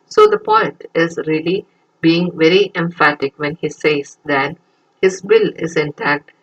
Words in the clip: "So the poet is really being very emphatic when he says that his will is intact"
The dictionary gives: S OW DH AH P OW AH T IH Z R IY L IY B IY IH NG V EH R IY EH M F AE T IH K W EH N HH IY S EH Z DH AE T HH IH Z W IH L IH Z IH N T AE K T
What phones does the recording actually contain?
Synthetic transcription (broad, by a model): S OW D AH P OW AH T IH Z R IY L IY B IY IH NG V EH R IY EH M F AE T IH K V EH N HH IY S EH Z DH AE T HH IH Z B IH L IH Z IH N T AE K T